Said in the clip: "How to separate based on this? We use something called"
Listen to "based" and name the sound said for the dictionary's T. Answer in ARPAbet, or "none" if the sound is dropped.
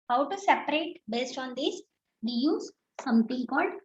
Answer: T